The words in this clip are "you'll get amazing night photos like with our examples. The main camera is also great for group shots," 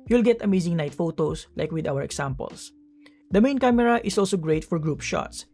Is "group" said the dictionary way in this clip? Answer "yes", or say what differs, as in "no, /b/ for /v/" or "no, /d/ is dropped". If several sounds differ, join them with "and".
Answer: yes